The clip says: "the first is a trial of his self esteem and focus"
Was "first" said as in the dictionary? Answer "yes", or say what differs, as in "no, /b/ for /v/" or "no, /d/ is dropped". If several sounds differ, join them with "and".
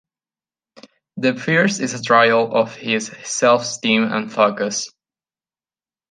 no, /p/ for /f/